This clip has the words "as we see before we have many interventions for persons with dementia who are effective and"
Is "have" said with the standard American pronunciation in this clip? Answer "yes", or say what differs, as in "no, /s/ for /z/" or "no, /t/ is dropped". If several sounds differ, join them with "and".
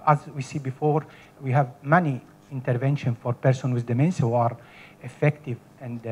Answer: yes